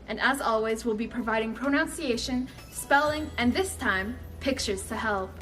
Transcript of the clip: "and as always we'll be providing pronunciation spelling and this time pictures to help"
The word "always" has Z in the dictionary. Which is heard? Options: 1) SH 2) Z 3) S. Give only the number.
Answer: 2